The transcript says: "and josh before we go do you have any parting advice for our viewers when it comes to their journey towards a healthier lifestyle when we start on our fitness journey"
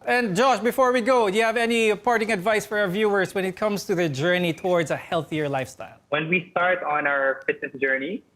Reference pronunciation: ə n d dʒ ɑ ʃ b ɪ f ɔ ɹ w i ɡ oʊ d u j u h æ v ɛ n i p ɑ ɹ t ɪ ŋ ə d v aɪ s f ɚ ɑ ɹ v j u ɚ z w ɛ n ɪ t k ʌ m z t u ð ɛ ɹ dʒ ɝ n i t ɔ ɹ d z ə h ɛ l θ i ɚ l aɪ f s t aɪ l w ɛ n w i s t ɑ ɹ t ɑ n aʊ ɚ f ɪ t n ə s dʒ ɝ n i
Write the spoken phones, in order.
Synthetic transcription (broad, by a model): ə n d dʒ ɑ ʃ b ɪ f ɔ ɹ w i ɡ oʊ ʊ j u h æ v ɛ n i p ɑ ɹ t ɪ ŋ ə d v aɪ s f ɚ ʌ ɹ v j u ɚ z w ɛ n ɪ t k ʌ m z t u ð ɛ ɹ dʒ ɝ n i t ɔ ɹ d z ə h ɛ l θ i ɚ l aɪ f s t aɪ l w ɛ n w i s t ɑ ɹ t n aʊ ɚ f ɪ t n ə s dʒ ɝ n i